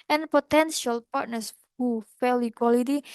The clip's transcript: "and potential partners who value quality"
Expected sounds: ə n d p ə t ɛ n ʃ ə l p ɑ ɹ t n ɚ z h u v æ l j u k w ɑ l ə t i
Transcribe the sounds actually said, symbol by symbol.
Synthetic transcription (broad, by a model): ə n p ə t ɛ n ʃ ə l p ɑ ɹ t n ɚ s h u f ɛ l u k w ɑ l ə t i